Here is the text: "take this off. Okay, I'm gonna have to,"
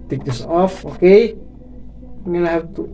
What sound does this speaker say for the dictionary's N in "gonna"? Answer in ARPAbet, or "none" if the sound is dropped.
L